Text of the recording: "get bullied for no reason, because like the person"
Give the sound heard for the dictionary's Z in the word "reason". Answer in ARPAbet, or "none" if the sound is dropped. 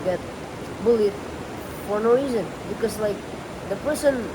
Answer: Z